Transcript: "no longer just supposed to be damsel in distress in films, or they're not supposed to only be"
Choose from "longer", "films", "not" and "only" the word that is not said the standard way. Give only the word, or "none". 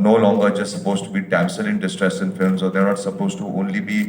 none